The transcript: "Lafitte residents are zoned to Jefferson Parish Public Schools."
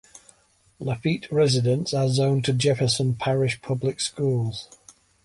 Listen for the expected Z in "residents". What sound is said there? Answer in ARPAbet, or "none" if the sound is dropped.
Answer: Z